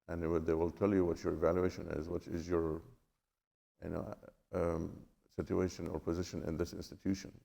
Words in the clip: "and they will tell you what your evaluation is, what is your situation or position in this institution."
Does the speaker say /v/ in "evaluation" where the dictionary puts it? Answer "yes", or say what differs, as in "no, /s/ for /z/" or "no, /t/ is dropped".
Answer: yes